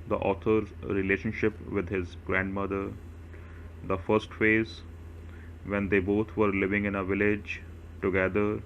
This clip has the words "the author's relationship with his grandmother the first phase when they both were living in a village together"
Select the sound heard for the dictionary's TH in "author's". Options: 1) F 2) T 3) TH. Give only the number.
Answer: 2